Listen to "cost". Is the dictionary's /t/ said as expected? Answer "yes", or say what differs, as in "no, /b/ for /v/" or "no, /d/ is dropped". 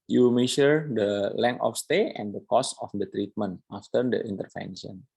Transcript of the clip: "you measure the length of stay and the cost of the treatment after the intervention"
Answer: no, /t/ is dropped